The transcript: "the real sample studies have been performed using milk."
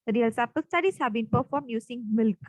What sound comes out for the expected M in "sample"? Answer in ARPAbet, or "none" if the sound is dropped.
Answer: none